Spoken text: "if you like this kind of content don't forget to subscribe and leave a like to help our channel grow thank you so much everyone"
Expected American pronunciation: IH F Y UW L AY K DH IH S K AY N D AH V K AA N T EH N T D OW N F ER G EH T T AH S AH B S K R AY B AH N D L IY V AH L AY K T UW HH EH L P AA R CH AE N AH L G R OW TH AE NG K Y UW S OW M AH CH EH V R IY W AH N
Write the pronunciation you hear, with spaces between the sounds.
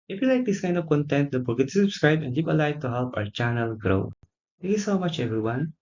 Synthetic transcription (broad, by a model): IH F Y UW L AY K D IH S K AY N D AH V K AA N T EH N T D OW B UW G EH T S S AH B S K R AY B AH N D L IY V AH L AY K T UW HH EH L P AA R CH AE N AH L G R OW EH K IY S OW M AH CH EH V R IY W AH N